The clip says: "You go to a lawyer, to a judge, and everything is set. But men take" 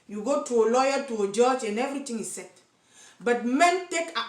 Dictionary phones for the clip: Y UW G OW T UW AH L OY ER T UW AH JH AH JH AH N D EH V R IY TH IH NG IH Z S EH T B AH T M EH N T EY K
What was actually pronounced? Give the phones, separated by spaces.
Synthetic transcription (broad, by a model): Y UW G OW T UW AH L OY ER T UW AH JH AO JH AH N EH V R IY T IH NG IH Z S EH T B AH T M EH N T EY K